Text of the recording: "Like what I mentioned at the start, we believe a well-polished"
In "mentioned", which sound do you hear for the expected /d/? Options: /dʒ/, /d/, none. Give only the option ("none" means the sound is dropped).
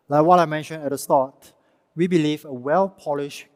none